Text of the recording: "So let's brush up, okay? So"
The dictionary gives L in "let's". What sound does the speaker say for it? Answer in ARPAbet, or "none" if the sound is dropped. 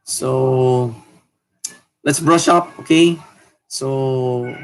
L